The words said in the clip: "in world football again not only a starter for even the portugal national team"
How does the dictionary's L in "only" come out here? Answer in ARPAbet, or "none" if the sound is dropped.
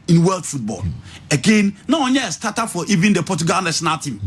none